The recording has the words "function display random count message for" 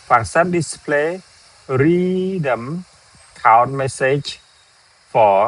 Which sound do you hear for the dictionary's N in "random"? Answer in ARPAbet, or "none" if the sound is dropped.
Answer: none